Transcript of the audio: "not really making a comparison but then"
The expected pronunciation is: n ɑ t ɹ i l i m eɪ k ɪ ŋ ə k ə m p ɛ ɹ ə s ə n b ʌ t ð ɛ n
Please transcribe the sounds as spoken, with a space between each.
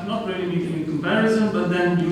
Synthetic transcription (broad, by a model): n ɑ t ɹ i l i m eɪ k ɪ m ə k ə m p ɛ ɹ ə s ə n b ʌ t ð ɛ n